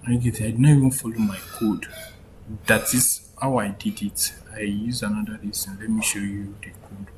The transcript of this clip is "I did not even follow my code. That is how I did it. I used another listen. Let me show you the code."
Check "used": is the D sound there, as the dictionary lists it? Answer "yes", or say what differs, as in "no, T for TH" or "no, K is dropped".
no, D is dropped